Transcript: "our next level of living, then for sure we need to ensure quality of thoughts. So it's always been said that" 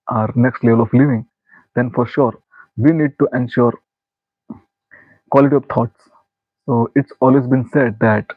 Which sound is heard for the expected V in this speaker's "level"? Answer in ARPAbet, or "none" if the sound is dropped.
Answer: V